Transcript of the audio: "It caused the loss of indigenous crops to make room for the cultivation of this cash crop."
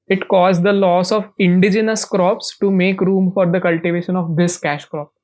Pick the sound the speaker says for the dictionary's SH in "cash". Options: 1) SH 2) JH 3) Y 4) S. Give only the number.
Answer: 1